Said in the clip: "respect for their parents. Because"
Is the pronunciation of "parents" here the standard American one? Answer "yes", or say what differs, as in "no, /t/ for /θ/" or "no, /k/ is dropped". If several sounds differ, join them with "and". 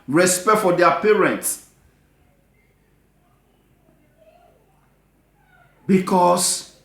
yes